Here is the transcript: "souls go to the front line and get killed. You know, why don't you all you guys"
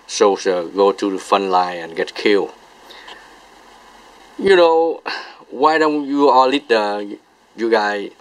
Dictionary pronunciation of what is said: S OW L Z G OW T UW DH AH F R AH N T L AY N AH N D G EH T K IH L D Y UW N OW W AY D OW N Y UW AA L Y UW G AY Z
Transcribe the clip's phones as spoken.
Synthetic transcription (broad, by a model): S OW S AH G OW T UW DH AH F AH N L AY N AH N G EH T K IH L Y UW N OW W AY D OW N Y UW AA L Y UW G AY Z